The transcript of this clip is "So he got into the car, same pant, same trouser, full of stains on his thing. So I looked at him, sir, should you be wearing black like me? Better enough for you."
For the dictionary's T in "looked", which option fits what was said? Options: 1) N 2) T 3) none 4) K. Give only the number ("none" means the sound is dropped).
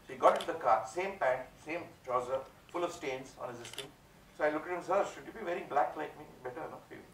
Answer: 3